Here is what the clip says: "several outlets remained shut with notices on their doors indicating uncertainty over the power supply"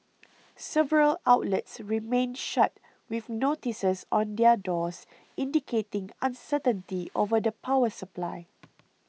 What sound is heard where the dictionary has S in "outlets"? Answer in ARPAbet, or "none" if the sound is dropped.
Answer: S